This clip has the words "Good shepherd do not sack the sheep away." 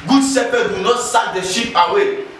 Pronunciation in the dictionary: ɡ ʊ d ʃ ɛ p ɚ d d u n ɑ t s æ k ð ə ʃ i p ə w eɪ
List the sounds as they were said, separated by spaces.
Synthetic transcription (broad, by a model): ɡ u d s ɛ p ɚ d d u n ɑ t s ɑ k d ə ʃ i p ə w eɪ